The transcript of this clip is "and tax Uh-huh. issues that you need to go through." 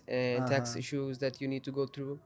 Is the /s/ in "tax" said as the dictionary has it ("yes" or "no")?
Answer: yes